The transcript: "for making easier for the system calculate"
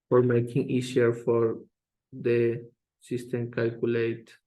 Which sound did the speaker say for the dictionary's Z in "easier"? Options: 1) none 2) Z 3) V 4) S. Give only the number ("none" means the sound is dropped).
4